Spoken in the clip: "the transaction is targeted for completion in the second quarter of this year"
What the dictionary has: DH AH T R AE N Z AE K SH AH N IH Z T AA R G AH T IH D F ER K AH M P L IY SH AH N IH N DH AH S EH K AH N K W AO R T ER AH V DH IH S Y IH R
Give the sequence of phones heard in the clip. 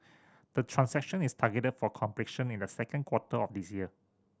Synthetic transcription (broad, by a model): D AH T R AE N S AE K SH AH N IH S T AA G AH T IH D F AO K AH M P L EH SH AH N IH N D AH S EH K AH N K W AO T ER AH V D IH S Y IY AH